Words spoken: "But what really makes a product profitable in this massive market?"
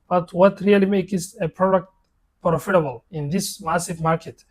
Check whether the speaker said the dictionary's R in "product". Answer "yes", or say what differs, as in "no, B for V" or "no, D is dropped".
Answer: yes